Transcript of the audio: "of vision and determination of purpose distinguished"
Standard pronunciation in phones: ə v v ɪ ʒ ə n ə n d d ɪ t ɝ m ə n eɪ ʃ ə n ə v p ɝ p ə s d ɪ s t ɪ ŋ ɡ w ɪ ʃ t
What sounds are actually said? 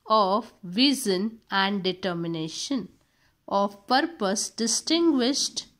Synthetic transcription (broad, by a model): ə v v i z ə n ə n d d ɪ t ɝ m ə n eɪ ʃ ə n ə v p ɝ p ə s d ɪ s t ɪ ŋ ɡ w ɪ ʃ t